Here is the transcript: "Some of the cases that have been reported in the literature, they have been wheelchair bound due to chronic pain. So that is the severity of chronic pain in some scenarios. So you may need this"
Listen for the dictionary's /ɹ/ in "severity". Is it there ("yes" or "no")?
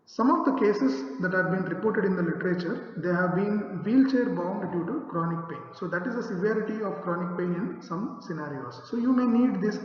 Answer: yes